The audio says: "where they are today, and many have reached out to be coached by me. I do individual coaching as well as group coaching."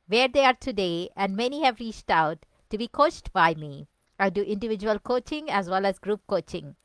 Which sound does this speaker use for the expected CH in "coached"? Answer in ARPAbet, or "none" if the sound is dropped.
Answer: CH